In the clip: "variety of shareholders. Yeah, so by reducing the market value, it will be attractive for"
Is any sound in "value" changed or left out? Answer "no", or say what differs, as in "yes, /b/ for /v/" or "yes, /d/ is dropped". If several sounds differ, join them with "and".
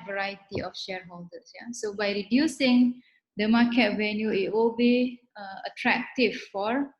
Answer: yes, /n/ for /l/